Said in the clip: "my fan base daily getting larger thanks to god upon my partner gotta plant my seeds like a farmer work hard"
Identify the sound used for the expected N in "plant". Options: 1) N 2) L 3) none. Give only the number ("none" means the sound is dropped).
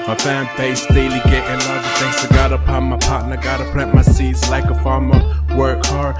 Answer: 3